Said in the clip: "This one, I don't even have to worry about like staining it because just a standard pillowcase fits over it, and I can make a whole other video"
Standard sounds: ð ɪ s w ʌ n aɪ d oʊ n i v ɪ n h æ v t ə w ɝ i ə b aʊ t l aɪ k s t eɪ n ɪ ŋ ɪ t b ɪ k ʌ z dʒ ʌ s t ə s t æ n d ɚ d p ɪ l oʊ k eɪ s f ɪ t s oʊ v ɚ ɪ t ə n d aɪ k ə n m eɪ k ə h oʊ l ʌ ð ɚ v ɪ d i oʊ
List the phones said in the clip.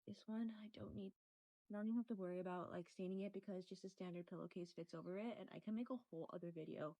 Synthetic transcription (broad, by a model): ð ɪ s w ʌ n aɪ d oʊ n i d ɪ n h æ f t ə w ɝ i ə b aʊ t l aɪ k s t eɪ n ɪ ŋ ɪ t b ɪ k ʌ z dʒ ʌ s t ə s t æ n d ɚ d p ɪ l oʊ k eɪ s f ɪ t s oʊ v ɚ ɪ t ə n aɪ k ə n m eɪ k ə h oʊ l ʌ ð ɚ v ɪ d i oʊ